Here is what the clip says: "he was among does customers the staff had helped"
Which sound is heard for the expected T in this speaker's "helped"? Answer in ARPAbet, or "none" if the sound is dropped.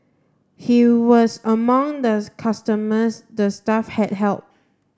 none